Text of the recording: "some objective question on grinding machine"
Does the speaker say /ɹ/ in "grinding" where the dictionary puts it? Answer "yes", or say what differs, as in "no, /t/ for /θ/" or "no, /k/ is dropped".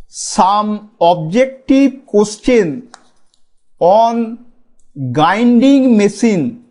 no, /ɹ/ is dropped